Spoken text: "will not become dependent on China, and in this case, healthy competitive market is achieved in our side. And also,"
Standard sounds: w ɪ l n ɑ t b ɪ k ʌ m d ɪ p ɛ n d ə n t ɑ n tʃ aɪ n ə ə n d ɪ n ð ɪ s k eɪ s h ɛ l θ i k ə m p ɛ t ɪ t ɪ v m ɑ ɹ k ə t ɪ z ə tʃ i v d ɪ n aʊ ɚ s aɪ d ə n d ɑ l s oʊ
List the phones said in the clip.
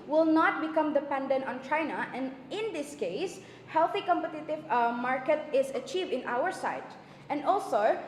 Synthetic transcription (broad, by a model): w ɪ l n ɑ t b ɪ k ʌ m d ɪ p ɛ n d ə n t ɑ n tʃ aɪ n ə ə n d ɪ n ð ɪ s k eɪ s h ɛ l θ i k ə m p ɛ t ɪ t ɪ v m ɑ ɹ k ə t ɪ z ə tʃ i v d ɪ n aʊ ɚ s aɪ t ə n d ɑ l s oʊ